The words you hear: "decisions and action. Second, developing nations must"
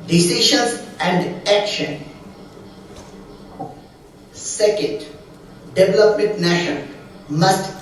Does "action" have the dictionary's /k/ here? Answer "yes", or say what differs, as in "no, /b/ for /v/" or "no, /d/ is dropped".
yes